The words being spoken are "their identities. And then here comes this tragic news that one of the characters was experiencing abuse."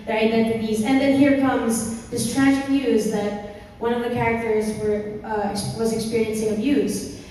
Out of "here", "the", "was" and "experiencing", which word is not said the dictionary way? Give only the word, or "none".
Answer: none